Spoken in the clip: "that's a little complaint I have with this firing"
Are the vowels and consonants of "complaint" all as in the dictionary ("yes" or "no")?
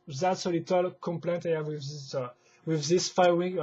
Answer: yes